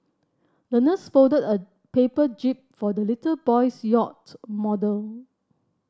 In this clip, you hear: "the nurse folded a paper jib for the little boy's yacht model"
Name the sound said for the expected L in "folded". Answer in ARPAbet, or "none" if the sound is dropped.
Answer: none